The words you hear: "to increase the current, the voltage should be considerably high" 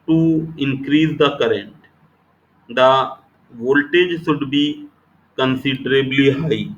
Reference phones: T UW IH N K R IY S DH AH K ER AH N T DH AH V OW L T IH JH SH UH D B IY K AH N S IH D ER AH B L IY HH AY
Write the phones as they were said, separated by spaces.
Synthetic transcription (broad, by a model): T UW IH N K R IY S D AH K ER AH N T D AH V OW L T IH JH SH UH D B IY K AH N S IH D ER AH B L IY HH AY